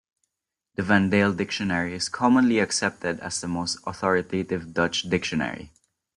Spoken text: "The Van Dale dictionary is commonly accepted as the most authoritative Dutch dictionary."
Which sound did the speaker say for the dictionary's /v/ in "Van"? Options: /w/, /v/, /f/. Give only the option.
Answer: /v/